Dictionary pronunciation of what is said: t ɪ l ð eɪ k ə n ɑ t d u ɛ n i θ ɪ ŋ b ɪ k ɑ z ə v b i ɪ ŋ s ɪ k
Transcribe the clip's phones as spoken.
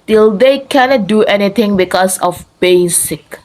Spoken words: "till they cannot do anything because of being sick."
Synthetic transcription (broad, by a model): t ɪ l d eɪ k ə n ɑ t d u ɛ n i t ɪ ŋ b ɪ k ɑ s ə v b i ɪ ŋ s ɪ k